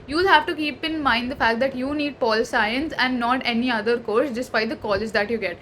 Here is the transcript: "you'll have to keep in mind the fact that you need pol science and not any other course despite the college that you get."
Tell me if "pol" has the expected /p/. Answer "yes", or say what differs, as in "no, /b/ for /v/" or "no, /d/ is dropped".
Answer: yes